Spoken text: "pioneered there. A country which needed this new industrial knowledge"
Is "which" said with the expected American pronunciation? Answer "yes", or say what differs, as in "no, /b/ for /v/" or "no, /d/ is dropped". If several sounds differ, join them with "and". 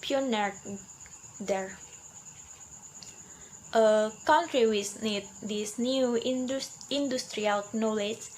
no, /s/ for /tʃ/